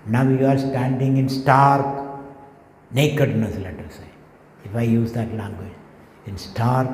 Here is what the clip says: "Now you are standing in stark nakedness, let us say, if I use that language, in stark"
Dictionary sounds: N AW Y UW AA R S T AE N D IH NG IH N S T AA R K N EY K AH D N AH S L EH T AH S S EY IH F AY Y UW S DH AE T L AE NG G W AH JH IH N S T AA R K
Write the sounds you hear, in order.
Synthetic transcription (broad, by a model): N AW Y UW AA R S T AE N D IH NG IH N S T AA R K N EY K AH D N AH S L EH T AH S S EY IH F AY Y UW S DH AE T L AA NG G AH IH N S T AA R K